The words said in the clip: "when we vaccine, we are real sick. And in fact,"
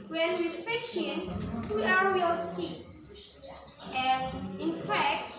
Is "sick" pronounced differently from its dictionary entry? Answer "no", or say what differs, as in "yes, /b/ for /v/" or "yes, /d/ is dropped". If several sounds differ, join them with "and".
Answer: yes, /k/ is dropped